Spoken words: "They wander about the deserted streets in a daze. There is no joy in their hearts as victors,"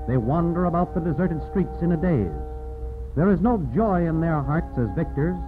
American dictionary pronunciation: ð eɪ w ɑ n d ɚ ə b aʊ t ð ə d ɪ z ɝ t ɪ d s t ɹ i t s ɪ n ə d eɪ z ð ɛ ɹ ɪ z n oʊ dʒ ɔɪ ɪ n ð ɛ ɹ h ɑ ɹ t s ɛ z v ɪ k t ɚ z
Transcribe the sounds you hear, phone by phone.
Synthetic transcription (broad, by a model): ð eɪ w ɑ n d ɚ ə b aʊ t ð ə d ɪ z ɝ t ɪ d s t ɹ i t s ɪ n ə d eɪ z ð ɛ ɹ ɪ z n oʊ dʒ ɔɪ ɪ n ð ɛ ɹ h ɑ ɹ t s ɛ z v ɪ k t ɚ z